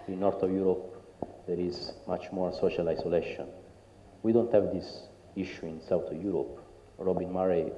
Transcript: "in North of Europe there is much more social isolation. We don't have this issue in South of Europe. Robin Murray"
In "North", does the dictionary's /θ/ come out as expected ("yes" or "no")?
no